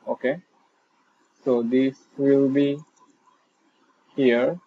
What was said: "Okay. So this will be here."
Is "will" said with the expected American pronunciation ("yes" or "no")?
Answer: yes